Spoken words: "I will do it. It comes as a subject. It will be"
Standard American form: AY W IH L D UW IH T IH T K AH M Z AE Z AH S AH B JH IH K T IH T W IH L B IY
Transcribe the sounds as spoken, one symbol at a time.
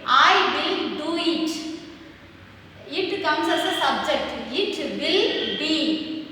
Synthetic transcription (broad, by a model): AY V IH L D UW IH T IH T K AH M S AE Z AH S AH B JH IH K T IH T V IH L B IY